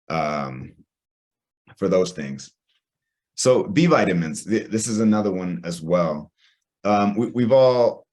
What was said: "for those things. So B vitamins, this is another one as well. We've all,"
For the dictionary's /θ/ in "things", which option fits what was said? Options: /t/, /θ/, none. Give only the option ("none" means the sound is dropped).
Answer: /θ/